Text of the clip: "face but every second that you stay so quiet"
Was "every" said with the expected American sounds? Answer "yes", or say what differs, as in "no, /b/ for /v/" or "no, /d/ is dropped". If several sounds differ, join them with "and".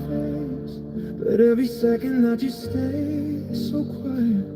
no, /ɹ/ is dropped